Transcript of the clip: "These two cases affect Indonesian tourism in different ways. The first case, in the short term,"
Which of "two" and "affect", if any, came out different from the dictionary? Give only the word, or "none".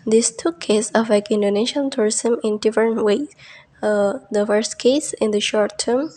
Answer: affect